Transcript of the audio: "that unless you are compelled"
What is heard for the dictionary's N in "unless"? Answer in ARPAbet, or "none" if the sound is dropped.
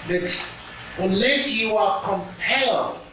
none